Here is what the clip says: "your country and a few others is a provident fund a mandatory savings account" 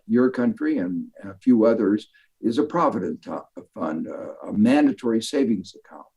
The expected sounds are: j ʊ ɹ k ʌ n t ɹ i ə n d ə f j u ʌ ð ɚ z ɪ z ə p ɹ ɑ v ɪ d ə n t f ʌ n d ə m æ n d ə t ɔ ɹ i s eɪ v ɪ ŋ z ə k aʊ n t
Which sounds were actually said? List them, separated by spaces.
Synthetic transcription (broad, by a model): j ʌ ɹ k ʌ n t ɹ i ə n ə f j u ʌ ð ɚ z ɪ z ə p ɹ ɑ v ɪ d ə n t f ʌ n d ə m æ n d ə t ɔ ɹ i s eɪ v ɪ ŋ z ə k aʊ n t